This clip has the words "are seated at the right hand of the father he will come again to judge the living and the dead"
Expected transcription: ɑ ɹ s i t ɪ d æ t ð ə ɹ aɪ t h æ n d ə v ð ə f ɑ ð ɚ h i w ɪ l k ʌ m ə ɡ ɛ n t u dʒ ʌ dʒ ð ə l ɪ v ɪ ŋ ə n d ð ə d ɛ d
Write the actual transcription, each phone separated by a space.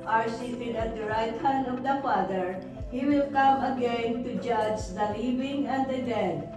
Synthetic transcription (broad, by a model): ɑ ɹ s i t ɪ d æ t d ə ɹ aɪ t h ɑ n ə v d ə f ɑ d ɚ h i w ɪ l k ʌ m ə ɡ ɛ n t u dʒ ʌ dʒ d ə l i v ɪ ŋ ə n d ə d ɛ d